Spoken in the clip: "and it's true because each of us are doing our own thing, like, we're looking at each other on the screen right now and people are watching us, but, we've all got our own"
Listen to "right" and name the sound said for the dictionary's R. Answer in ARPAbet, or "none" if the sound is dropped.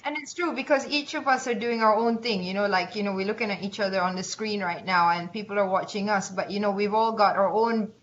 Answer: R